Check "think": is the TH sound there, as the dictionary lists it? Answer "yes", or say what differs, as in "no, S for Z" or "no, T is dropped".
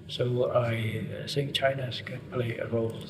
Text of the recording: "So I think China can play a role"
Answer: no, S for TH